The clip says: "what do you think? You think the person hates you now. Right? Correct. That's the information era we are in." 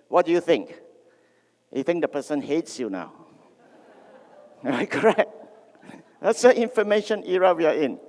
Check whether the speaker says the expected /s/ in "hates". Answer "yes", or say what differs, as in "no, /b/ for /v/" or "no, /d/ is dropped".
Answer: yes